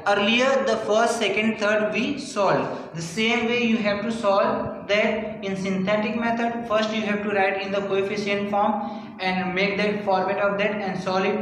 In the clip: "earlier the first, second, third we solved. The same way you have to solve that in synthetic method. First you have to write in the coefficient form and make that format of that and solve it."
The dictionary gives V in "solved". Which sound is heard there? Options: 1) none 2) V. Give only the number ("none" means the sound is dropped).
1